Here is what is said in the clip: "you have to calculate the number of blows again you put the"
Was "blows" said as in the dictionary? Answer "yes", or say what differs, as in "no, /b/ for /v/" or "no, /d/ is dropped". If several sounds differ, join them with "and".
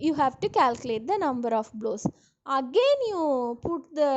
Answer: no, /s/ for /z/